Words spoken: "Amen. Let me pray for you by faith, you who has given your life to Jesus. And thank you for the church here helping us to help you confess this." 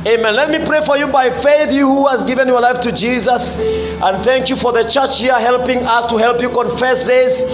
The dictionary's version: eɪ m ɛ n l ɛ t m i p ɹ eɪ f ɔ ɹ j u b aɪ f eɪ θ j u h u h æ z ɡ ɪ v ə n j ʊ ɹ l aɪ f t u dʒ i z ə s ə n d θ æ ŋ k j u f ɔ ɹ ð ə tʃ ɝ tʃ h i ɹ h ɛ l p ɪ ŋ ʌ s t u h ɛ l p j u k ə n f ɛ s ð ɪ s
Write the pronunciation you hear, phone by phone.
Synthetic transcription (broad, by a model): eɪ m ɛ n l ɛ t m i p ɹ eɪ f ɔ ɹ j u b aɪ f eɪ θ j u h u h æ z ɡ ɪ v ə n j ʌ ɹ l aɪ f t u dʒ i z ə s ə n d θ æ ŋ k j u f ɔ ɹ ð ə tʃ ɝ tʃ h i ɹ h ɛ l p ɪ ŋ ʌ s t u h ɛ l p j u k ə n f ɛ s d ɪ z